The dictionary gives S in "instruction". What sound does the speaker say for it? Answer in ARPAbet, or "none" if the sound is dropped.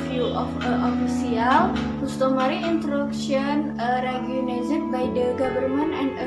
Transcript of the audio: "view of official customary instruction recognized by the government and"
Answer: none